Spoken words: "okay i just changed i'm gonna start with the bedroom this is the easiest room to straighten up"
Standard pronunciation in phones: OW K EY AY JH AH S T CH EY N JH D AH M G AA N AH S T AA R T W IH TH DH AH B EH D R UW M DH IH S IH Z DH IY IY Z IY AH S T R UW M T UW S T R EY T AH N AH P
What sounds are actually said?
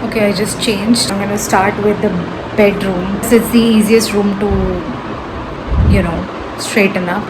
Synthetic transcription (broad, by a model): OW K EY AY JH AH S T CH EY N JH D AH M G AA N AH S T AA R T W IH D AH B EH D R UW M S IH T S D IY IY Z IY AH S T R UW M T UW S T R EY T AH N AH